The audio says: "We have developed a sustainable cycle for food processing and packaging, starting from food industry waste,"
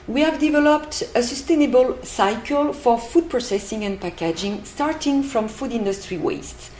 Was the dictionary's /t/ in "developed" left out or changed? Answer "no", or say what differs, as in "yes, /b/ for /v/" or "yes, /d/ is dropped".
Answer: no